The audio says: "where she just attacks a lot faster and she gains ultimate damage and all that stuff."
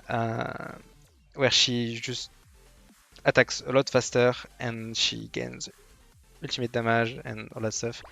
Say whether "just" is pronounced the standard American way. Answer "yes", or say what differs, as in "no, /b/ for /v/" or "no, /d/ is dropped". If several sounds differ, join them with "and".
no, /ʒ/ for /dʒ/